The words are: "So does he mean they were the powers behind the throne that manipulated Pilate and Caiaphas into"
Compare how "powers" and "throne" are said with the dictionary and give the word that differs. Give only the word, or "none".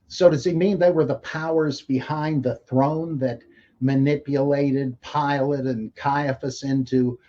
none